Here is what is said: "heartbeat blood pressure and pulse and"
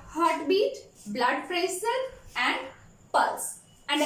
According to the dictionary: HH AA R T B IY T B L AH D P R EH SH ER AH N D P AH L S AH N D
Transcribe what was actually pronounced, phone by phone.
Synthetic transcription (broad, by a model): HH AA R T B IY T B L AH D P R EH S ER AH N D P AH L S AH N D